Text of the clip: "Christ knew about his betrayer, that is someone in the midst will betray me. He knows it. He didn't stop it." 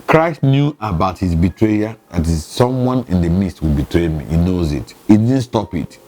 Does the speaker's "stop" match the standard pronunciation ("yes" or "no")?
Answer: yes